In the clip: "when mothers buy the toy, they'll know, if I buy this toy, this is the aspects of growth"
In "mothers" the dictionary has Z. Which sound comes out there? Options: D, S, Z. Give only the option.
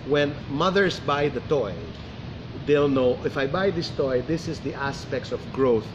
S